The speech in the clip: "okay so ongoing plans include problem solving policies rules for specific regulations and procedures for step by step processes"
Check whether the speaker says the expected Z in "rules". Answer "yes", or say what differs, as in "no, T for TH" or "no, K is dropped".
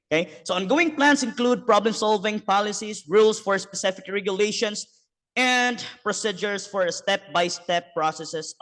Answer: no, S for Z